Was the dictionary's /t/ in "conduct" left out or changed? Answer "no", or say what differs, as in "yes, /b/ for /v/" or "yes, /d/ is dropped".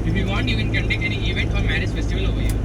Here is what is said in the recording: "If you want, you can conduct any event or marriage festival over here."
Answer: yes, /t/ is dropped